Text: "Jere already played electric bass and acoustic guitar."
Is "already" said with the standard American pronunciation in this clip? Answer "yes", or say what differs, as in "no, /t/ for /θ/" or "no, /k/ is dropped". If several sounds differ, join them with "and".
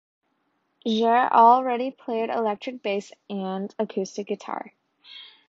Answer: yes